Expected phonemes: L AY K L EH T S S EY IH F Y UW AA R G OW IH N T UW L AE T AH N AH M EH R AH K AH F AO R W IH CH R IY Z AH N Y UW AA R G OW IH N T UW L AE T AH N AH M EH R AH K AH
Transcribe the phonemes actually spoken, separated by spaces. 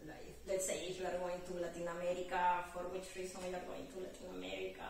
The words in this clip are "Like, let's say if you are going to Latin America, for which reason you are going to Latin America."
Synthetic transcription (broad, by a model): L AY L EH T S S EY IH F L AA R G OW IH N T UW L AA T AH N AH M EH R AH K AH F AO R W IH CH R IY S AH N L AA R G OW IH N T UW L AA T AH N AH M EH R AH K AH